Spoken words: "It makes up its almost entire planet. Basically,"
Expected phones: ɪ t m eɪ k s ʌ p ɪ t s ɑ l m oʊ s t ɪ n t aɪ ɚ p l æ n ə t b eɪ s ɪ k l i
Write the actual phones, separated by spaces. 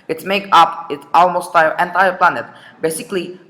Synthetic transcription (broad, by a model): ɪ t m eɪ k ʌ p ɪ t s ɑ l m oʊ s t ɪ n t aɪ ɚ p l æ n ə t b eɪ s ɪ k l i